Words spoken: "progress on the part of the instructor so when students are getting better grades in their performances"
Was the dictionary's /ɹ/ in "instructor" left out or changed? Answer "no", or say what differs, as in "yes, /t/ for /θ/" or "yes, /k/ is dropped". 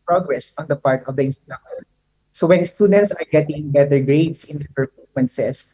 yes, /ɹ/ is dropped